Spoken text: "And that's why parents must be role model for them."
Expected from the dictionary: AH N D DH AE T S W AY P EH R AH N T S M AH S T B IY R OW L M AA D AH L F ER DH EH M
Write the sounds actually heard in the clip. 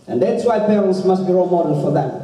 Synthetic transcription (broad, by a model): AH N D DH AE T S W AY P EH R AH N T S M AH S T B IY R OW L M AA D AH N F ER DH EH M